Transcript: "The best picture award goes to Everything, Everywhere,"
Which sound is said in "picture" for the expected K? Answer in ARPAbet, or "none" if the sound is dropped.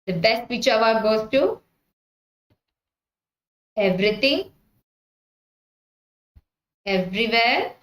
none